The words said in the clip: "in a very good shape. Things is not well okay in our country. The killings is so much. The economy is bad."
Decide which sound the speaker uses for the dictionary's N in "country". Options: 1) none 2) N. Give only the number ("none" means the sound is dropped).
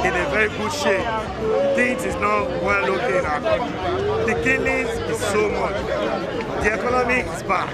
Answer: 1